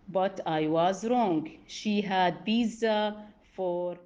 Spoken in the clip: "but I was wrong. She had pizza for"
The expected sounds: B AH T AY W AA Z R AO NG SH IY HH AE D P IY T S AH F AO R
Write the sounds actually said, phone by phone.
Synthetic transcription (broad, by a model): B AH T AY W AA Z R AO NG SH IY HH AE D B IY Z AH F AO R